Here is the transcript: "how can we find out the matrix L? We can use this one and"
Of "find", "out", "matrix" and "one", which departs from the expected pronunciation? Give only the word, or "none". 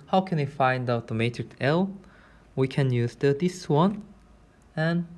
none